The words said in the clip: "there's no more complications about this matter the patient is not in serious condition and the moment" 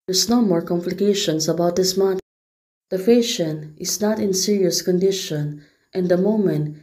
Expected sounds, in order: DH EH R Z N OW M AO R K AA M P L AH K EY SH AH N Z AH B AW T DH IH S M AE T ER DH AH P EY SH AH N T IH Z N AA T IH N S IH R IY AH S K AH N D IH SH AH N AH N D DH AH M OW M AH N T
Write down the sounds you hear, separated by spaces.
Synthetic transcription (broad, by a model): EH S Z N OW M AO R K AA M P L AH K EY SH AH N S AH B AW T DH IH S M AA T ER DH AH F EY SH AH N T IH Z N AA T IH N S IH R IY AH S K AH N D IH SH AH N AH N D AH M OW M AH N T